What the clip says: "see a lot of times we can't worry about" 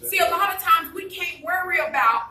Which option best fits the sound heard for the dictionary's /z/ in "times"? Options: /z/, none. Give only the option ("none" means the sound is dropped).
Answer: /z/